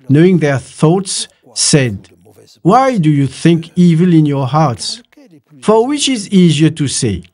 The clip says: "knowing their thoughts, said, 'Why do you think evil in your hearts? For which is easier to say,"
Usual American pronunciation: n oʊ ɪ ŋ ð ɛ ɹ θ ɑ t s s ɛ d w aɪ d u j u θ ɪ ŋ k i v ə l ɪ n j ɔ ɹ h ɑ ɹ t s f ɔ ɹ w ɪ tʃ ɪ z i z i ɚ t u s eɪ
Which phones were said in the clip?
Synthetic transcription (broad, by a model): n oʊ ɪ ŋ ð ɛ ɹ θ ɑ t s s ɛ d w aɪ d u j u θ ɪ ŋ k i v ə l ɪ n j ɔ ɹ h ɑ ɹ t s f ɔ ɹ w ɪ tʃ ɪ z i z i ɚ t u s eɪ